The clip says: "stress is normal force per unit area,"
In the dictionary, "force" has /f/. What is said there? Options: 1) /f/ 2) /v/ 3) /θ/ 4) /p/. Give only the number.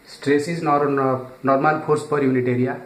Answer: 4